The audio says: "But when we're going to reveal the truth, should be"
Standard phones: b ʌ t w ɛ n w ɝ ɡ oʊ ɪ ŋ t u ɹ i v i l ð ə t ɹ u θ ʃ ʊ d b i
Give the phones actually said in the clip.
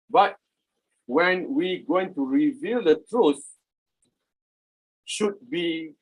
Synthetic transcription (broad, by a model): b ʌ t w ɛ n w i ɡ oʊ ɪ ŋ t u ɹ i v i l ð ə t ɹ u θ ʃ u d b i